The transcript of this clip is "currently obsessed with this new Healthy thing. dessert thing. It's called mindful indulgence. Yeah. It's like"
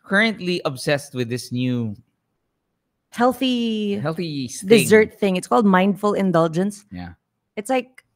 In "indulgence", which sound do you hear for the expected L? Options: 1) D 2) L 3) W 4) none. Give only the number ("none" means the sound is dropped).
2